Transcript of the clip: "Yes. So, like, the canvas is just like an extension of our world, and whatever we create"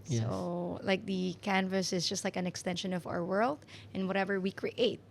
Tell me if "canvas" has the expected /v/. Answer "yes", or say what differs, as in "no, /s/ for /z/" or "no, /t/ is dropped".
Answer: yes